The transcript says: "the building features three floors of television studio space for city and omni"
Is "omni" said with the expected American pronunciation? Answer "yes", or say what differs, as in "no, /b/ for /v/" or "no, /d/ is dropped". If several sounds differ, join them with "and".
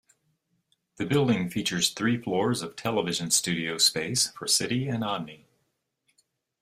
no, /m/ is dropped